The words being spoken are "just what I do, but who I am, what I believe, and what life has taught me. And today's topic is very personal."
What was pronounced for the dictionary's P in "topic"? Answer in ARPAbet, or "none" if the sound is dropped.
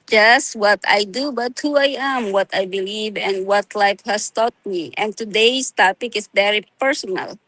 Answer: P